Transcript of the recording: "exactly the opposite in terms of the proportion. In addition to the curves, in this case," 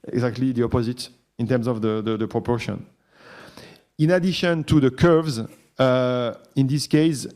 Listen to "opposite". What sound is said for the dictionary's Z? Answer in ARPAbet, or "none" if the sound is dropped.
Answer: Z